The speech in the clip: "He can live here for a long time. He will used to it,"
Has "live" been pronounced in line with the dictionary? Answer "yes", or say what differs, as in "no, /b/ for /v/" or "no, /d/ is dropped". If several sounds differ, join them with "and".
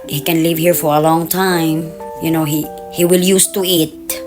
yes